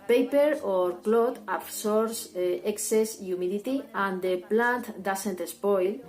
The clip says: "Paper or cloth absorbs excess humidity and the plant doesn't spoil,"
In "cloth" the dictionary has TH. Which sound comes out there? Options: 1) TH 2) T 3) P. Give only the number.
2